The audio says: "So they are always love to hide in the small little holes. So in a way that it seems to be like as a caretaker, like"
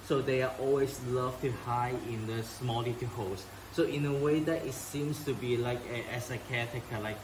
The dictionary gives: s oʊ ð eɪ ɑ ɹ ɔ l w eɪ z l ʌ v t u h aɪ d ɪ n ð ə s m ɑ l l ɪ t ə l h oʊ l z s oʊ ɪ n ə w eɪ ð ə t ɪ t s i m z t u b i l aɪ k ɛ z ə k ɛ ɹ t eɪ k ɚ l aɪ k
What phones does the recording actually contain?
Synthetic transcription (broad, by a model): s oʊ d eɪ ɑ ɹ ɔ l w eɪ s l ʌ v t u h aɪ ɪ n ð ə s m ɑ l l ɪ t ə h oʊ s s oʊ ɪ n ə w eɪ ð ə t ɪ t s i m s t u b i l aɪ k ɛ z ə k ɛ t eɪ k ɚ l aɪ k